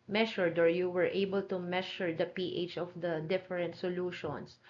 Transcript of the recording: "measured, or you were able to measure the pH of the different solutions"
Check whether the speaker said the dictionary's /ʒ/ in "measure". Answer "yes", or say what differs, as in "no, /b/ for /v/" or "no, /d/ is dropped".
no, /ʃ/ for /ʒ/